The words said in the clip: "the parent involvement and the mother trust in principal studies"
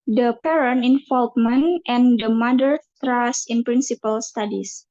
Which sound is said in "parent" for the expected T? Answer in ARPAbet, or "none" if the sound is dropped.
none